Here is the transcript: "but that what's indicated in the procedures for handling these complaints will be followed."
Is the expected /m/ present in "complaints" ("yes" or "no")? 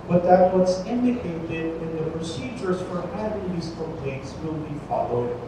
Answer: no